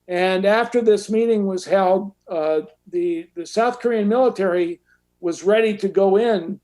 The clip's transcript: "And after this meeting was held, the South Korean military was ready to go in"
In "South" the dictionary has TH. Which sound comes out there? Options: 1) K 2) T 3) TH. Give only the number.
3